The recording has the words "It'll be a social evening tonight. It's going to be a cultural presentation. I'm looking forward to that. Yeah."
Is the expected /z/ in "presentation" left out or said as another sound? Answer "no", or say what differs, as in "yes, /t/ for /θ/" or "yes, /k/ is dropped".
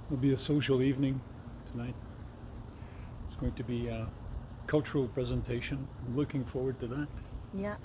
no